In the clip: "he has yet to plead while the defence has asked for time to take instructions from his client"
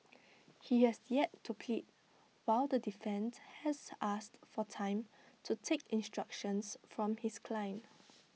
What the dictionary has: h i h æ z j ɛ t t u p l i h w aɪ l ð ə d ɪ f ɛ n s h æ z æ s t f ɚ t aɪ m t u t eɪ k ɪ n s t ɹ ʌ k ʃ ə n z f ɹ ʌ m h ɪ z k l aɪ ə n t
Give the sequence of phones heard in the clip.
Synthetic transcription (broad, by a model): h i h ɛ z j ɛ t t u p l i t w aɪ l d ə d ɪ f ɛ n s h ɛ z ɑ s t f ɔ t aɪ m t u t eɪ k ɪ n s t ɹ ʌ k ʃ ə n s f ɹ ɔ m h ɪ s k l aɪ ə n